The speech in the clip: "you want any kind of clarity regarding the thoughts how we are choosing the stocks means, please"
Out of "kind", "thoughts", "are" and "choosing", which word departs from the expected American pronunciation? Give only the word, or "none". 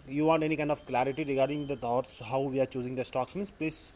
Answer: thoughts